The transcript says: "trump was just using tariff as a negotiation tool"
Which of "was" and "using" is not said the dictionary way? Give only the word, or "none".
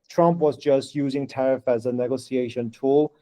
none